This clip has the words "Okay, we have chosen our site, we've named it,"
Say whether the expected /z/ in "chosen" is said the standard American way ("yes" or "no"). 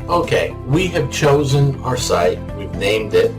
yes